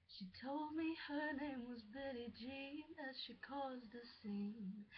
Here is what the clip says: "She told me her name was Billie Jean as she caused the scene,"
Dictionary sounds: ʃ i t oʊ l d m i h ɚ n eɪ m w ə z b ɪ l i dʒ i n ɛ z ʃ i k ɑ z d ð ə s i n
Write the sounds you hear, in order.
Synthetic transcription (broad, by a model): ʃ i t oʊ l d m i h ɚ n eɪ m w ə z b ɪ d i dʒ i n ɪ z ʃ i k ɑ z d ð ə s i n